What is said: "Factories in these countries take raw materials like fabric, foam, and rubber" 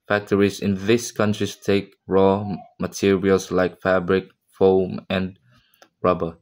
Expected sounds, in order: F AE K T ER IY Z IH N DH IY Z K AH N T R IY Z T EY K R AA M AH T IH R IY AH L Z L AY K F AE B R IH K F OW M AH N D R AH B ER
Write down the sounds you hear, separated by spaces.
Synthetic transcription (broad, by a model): F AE K T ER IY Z IH N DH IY S K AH N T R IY S T EY K R AA M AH T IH R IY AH L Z L AY K F AE B R IH K F OW M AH N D R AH B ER